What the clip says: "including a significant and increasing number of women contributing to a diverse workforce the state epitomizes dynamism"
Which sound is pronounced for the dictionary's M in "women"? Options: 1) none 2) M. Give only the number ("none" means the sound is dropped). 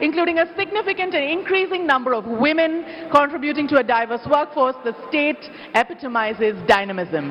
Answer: 2